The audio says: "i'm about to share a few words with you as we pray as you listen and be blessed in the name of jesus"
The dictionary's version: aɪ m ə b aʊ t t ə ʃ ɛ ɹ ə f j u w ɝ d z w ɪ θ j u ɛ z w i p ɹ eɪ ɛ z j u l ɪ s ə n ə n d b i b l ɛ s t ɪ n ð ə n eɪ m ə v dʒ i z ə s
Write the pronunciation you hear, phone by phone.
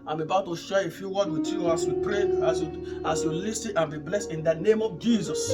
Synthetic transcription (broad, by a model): aɪ m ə b aʊ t t ə ʃ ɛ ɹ ə f j u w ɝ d w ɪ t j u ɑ s w i p ɹ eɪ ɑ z j u l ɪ s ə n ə n b i b l ɛ s t ɪ n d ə n eɪ m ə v dʒ i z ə s